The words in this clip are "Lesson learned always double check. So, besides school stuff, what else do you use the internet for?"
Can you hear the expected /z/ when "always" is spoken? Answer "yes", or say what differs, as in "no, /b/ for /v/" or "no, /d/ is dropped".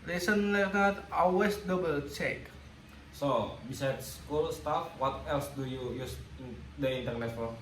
no, /s/ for /z/